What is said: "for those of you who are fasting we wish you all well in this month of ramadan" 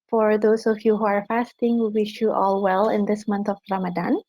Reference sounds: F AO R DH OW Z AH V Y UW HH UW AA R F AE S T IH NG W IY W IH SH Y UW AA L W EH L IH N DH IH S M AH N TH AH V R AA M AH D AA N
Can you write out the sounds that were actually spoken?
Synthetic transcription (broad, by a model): F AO R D OW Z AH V Y UW HH UW AA R F AE S T IH NG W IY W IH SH Y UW AA L W EH L IH N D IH S M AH N T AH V R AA M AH D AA N